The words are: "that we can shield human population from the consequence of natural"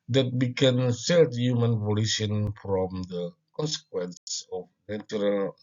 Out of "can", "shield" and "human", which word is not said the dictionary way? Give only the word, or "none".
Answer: shield